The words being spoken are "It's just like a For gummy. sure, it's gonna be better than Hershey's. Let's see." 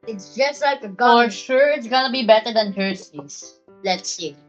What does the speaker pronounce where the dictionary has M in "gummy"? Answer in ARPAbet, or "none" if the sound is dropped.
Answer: none